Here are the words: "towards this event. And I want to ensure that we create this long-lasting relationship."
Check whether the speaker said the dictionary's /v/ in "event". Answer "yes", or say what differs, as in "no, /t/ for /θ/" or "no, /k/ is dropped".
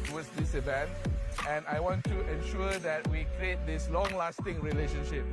no, /b/ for /v/